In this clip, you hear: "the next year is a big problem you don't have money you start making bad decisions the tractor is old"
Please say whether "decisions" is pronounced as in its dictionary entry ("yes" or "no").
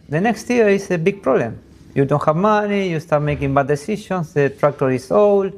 no